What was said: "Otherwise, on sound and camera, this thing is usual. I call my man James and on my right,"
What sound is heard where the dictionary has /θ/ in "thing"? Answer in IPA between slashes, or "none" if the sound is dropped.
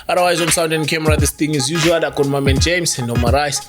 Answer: /t/